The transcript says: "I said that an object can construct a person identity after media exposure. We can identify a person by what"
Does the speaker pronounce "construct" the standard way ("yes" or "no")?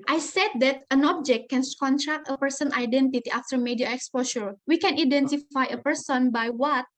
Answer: no